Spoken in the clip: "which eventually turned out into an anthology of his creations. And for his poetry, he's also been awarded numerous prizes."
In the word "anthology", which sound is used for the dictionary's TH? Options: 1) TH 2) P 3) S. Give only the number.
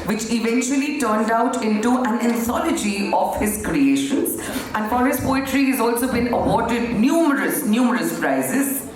3